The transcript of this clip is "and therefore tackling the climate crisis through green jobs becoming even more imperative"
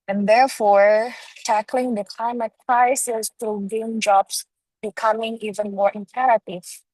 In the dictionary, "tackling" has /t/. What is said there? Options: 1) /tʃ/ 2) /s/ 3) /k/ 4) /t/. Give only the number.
4